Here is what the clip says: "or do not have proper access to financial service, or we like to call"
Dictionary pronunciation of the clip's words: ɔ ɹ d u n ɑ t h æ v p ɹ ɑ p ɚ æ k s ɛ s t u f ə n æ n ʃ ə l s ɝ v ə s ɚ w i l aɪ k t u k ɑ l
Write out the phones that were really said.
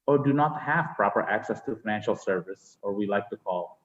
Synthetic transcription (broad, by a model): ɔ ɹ d u n ɑ t h æ v p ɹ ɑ p ɚ æ k s ɛ s t u f ə n æ n ʃ ə l s ɝ v ə s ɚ w i l aɪ k t u k ɑ l